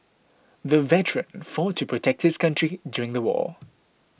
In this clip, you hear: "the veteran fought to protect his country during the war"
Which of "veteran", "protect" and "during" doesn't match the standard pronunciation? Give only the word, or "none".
none